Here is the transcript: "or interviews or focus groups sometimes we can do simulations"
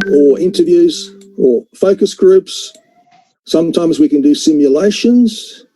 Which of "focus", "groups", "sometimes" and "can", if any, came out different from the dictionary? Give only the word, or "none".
none